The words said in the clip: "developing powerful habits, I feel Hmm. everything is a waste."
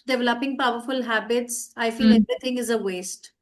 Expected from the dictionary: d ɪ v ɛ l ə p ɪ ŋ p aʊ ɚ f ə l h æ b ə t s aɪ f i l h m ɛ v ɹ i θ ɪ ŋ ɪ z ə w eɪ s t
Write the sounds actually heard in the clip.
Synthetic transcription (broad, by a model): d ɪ v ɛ l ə p ɪ ŋ p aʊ ɚ f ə l h æ b ə t s aɪ f i l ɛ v ɹ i t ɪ ŋ ɪ z ə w eɪ s t